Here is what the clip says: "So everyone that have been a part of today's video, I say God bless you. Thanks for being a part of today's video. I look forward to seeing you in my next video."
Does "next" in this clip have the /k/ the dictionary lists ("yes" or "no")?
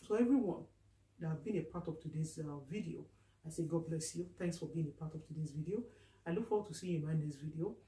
no